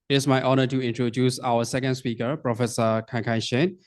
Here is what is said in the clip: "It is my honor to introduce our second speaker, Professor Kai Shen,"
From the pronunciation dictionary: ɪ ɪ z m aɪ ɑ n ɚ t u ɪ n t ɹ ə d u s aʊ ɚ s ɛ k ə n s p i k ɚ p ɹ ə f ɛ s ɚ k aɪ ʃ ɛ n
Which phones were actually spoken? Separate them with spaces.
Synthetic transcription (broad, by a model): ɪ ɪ s m aɪ ɑ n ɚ t u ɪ n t ɹ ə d u s aʊ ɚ s ɛ k ə n s p i k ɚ p ɹ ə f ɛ s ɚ k aɪ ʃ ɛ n